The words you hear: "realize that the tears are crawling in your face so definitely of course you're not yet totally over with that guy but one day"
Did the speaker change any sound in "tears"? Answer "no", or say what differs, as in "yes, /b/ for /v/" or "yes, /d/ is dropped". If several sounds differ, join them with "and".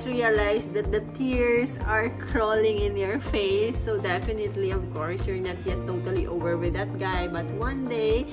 yes, /s/ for /z/